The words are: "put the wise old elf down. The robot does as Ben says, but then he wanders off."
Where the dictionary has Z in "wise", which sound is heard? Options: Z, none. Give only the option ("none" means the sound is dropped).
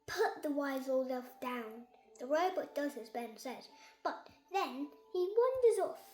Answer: Z